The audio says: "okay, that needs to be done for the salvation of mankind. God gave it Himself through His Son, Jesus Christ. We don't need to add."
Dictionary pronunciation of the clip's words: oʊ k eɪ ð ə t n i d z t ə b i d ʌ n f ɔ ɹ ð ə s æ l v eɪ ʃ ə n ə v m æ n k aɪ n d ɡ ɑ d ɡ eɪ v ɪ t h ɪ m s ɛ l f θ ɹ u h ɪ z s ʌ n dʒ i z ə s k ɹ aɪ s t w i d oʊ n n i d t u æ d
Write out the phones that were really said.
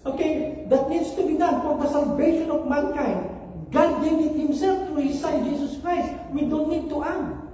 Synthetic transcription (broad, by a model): oʊ k eɪ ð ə t n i d s t ə b i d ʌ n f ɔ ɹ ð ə s æ l v eɪ ʃ ə n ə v m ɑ n k aɪ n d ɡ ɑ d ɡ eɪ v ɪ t h ɪ m s ɛ l f t ɹ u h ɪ s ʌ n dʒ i s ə s k ɹ aɪ s t w i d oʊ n n i d t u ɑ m